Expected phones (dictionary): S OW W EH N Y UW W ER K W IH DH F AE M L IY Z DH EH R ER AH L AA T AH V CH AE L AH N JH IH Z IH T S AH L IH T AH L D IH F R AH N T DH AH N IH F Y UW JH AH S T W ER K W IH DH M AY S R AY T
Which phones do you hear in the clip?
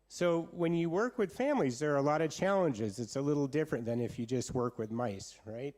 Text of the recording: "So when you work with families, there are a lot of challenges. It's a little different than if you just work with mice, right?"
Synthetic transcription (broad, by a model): S OW W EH N Y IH W ER K W IH DH F AE M L IY Z DH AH R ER AH L AA T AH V CH AE L AH N JH IH Z IH T S AH L IH T L D IH F R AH N DH AH N IH F Y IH JH AH S T W ER K W IH DH M AY S R AY T